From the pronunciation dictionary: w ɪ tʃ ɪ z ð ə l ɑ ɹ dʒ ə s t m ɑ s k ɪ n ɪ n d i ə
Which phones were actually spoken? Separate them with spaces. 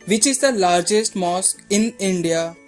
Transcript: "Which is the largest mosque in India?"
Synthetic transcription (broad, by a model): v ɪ tʃ ɪ z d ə l ɑ ɹ dʒ ə s t m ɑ s ɪ n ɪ n d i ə